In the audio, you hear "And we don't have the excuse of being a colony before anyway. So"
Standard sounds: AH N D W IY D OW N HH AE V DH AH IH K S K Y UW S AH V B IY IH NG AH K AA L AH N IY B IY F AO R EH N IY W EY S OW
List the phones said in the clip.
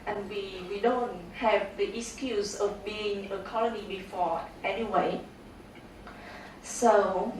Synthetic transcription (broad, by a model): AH N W W IY D OW N HH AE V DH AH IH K S K Y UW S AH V B IY IH NG AH K AA L AH N IY B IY F AO EH N IY W EY S OW